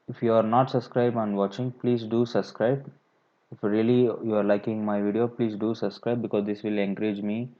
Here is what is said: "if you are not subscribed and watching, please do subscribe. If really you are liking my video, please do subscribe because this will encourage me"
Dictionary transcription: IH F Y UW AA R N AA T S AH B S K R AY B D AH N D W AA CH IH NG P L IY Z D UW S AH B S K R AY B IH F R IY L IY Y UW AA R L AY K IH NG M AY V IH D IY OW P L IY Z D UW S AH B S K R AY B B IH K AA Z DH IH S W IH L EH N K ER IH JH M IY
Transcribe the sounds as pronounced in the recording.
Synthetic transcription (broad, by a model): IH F Y UW AA R N AA T S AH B S K R AY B AH N D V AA CH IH NG P L IY Z D UW S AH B S K R AY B IH F R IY L IY Y UW AA R L AY K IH NG M AY V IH D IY OW P L IY Z D UW S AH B S K R AY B B IH K AA Z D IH S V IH L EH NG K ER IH JH M IY